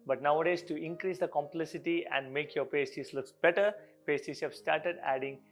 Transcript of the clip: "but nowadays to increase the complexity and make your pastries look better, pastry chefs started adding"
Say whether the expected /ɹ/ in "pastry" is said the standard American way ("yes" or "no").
no